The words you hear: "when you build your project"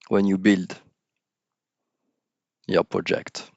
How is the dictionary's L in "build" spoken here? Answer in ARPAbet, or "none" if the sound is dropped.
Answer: L